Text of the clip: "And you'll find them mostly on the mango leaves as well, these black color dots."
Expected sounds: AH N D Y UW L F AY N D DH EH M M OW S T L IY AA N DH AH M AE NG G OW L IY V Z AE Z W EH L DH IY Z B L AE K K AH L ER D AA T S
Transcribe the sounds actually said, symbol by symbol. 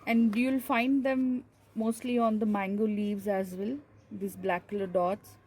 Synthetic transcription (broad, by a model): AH N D Y UW L F AY N D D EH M M OW S T L IY AA N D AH M AE NG G OW L IY V Z AE Z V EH L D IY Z B L AE K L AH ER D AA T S